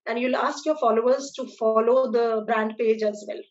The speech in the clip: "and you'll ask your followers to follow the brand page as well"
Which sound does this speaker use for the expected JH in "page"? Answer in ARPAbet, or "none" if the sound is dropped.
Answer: JH